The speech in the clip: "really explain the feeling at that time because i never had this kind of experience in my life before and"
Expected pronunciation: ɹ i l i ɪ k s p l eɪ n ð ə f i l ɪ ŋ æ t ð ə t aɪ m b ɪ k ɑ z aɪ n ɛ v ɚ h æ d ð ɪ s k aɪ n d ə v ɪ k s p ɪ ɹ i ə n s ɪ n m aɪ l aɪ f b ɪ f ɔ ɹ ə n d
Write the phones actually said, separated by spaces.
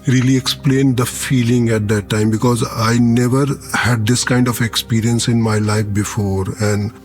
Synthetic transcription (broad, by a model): ɹ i l i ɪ k s p l eɪ n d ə f i l ɪ ŋ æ t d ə t aɪ m b ɪ k ɑ z aɪ n ɛ v ɚ h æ d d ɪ s k aɪ n d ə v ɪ k s p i ɹ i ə n s ɪ n m aɪ l aɪ f b ɪ f ɔ ɹ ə n d